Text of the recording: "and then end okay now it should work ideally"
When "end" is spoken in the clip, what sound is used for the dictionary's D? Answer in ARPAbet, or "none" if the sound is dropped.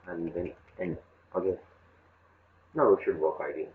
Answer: none